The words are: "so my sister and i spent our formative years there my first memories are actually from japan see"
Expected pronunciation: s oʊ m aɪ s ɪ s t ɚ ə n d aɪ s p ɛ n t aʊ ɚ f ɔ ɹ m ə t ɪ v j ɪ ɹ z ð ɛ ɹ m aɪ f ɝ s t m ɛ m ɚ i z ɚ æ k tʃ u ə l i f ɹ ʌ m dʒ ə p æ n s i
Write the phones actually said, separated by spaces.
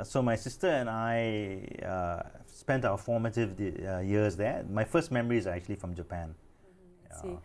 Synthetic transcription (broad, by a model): s oʊ m aɪ s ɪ s t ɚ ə n aɪ s p ɛ n t aʊ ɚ f ɔ m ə t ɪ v j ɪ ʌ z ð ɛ m aɪ f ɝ s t m ɛ m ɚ i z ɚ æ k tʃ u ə l i f ɹ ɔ m dʒ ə p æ n